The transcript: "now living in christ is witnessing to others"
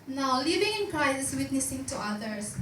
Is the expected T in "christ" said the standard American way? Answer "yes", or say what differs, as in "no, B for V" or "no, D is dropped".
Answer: no, T is dropped